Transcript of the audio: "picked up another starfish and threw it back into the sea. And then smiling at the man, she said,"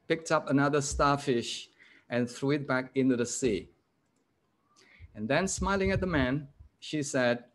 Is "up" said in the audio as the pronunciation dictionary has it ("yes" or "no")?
yes